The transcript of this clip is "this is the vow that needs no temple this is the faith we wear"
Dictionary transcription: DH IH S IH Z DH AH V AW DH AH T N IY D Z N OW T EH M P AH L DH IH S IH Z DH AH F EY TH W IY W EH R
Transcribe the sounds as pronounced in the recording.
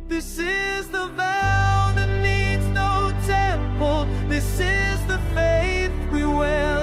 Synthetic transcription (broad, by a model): DH IH S IH Z DH AH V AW DH AH T N IY D Z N OW T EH M P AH L DH IH S IH Z DH AH F EY TH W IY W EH